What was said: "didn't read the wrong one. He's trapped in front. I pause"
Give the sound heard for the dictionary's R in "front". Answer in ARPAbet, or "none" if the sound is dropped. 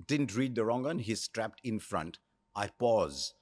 R